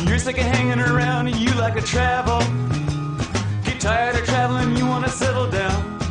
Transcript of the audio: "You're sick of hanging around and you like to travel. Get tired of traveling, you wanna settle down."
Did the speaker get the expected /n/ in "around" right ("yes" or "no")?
yes